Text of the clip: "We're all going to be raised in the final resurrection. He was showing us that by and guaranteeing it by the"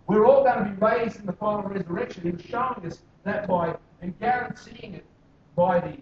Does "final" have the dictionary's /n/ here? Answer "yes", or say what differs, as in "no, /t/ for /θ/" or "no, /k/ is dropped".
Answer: no, /l/ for /n/